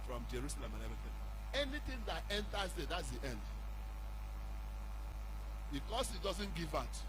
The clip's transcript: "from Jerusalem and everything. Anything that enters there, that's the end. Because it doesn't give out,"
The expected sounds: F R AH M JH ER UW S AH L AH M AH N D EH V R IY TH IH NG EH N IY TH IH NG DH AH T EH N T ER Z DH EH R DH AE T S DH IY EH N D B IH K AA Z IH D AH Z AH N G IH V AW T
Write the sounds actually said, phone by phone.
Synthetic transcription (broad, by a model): F R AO M JH ER UW S AH L AH M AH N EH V IY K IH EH N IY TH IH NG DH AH T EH N T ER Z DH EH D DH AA T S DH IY EH N D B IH K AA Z IH D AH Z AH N G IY V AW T